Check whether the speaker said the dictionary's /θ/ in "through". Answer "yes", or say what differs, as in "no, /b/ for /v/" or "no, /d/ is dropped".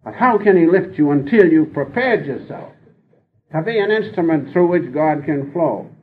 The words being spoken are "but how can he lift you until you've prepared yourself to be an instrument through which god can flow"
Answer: yes